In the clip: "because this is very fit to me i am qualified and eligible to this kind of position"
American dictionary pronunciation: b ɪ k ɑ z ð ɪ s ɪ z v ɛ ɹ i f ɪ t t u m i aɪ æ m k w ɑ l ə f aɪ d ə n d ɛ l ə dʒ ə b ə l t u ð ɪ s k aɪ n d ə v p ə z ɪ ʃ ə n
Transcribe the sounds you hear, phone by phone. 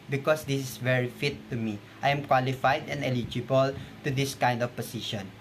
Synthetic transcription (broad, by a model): b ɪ k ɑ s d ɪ s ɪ s v ɛ ɹ i f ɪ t t u m i aɪ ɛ m k w ɑ l ə f aɪ d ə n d ɛ l ə dʒ ə b ə l t u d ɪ s k aɪ n d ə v p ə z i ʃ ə n